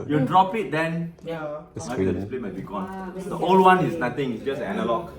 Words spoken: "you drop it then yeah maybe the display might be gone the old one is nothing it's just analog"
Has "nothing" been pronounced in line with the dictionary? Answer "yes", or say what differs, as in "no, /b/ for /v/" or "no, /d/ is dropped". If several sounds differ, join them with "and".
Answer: no, /t/ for /θ/